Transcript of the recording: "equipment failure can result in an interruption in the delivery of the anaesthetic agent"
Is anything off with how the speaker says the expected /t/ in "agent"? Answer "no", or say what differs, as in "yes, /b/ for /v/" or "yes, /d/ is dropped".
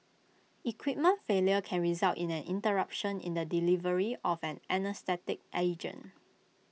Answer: yes, /t/ is dropped